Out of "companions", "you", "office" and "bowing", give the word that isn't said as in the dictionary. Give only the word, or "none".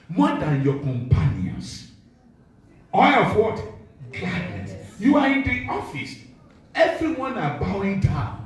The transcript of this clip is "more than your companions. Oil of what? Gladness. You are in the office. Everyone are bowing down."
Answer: companions